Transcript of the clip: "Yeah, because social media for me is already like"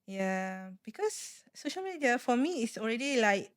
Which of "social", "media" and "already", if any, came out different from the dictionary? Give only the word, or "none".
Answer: none